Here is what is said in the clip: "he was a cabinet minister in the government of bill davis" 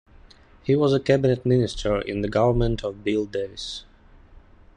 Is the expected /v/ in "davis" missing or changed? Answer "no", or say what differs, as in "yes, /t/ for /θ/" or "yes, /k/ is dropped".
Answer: yes, /v/ is dropped